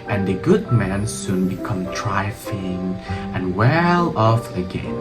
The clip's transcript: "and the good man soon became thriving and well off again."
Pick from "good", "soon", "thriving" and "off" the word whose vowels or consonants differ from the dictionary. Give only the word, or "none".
thriving